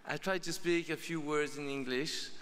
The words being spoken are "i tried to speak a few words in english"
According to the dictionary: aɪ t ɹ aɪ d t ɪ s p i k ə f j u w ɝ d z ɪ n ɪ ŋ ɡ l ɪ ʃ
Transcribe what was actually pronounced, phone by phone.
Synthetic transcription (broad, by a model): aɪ t ɹ aɪ d t ɪ s p i k ə f j u w ɝ d z ɪ n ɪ ŋ ɡ l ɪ ʃ